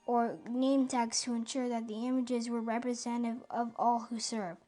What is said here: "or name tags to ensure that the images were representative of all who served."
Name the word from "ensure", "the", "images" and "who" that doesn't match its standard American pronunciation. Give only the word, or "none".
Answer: none